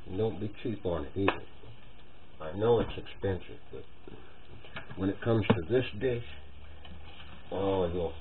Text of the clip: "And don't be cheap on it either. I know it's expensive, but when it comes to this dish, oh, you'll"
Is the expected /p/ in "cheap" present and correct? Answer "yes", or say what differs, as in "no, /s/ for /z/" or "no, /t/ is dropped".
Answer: yes